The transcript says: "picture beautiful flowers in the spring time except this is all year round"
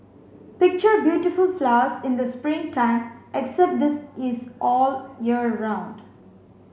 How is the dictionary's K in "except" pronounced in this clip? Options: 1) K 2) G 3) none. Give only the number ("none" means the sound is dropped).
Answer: 1